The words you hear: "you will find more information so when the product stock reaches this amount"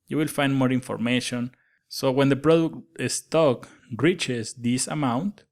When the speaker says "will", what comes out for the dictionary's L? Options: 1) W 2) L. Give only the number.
2